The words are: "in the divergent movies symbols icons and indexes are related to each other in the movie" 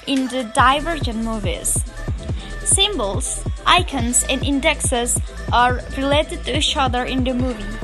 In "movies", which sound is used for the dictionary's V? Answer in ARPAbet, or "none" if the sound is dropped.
V